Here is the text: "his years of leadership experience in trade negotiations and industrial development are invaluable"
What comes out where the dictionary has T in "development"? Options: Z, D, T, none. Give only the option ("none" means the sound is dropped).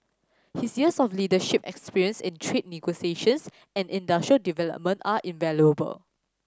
T